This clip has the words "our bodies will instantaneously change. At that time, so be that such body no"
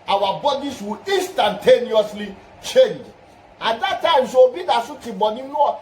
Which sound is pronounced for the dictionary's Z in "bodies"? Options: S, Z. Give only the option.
S